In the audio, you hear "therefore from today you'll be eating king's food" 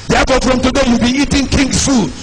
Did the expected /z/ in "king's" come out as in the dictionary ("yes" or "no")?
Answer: no